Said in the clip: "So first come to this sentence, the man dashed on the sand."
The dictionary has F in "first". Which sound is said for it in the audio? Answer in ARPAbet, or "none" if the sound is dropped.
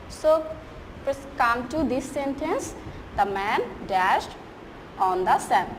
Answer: P